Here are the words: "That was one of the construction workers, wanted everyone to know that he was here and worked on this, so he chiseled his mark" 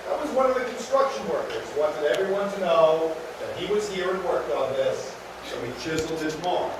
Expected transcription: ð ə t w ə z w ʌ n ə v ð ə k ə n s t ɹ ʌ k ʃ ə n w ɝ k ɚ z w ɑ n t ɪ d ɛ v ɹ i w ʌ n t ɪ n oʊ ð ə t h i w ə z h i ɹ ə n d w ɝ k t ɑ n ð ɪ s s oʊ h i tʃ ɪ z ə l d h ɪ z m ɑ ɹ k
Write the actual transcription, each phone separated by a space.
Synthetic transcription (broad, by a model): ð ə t w ə z w ʌ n ə v ð ə k n s t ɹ ʌ k ʃ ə n w ɝ k ɚ z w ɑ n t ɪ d ɛ v ɹ i w ʌ n t ɪ n oʊ ð ə t h i w ə z h i ɹ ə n w ɝ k ɑ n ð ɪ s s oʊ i tʃ ɪ z l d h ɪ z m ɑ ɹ